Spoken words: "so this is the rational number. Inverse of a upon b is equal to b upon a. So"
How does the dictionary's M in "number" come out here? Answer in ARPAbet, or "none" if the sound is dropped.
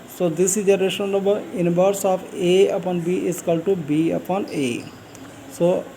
none